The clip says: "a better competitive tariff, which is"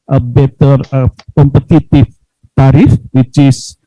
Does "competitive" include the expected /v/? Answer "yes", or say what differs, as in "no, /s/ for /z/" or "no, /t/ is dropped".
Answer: no, /f/ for /v/